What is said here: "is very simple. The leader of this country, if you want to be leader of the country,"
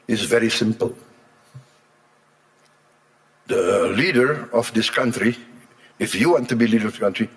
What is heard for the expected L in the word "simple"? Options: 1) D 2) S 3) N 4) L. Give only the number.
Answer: 4